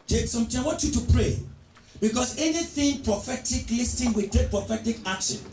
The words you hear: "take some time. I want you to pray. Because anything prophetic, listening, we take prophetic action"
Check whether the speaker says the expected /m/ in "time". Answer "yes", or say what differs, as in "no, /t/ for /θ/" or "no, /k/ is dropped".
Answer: no, /m/ is dropped